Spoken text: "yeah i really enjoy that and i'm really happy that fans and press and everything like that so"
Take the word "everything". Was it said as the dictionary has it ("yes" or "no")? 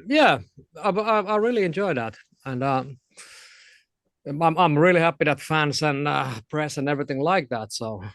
yes